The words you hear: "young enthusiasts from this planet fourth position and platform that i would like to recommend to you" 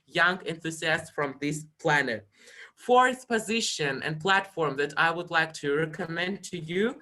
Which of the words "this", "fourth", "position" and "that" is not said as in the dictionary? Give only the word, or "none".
fourth